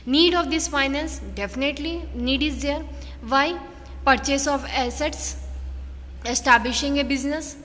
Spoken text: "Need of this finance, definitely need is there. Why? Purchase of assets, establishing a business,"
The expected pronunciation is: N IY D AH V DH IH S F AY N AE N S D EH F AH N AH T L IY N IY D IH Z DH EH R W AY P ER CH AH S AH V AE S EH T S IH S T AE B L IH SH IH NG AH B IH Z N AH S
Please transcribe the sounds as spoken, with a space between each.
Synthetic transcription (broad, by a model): N IY D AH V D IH S F AY N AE N S D EH F AH N AH T L IY N IY D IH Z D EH R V AY P ER CH AH S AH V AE S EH T S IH S T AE B L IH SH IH NG AH B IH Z N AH S